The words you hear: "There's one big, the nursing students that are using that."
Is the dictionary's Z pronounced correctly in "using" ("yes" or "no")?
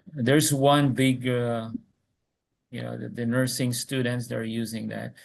yes